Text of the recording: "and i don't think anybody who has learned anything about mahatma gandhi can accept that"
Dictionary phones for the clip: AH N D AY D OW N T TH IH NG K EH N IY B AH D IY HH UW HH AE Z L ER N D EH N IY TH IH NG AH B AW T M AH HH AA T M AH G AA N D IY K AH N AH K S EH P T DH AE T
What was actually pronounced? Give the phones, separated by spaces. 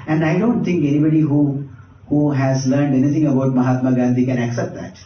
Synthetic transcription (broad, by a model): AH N D AY D OW N T T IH NG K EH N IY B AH D IY HH UW HH AE Z L ER N D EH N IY T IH NG AH B AW T M AH HH AA T M AH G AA N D IY K AH N AH K S EH P T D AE T